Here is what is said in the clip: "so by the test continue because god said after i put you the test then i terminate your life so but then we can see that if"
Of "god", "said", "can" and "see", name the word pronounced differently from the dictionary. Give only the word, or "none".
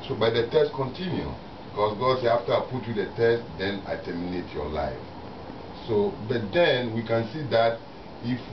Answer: said